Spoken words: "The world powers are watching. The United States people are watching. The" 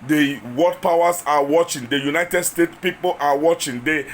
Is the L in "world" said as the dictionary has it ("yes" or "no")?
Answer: no